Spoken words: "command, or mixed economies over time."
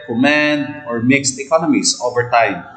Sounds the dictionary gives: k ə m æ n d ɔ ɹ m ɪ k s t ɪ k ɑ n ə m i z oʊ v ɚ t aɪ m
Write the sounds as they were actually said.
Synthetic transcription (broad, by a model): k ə m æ n d ɔ ɹ m ɪ k s t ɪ k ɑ n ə m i s oʊ v ɚ t aɪ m